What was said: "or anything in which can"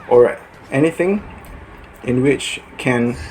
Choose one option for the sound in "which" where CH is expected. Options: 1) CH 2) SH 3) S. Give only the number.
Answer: 1